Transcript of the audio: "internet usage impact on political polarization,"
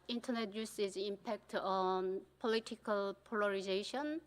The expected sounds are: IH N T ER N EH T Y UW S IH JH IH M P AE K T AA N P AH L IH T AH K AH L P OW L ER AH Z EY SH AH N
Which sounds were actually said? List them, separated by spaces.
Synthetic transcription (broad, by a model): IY N T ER N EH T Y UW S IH Z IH M P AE K T AA N P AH L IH T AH K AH L P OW L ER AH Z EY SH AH N